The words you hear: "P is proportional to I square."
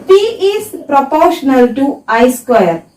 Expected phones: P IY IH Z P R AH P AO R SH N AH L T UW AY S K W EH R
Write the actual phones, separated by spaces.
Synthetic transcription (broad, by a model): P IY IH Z P R AH P AO R SH N AH L T UW AY S K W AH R